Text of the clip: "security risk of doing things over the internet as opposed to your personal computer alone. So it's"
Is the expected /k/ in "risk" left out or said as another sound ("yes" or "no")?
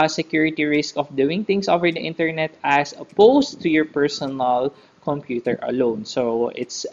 no